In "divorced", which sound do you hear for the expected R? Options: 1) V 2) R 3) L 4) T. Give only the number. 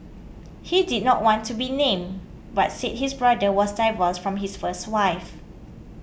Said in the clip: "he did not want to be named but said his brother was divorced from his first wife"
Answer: 3